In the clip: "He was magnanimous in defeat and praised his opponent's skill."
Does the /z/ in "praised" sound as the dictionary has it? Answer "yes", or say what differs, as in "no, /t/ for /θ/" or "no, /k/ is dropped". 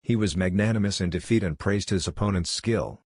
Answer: yes